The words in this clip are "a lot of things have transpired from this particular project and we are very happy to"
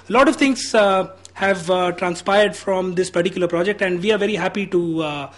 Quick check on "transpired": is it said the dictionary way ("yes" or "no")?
yes